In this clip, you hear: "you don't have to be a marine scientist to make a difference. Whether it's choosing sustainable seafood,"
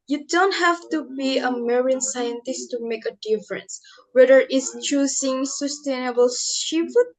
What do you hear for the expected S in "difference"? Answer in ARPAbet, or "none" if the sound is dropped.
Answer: S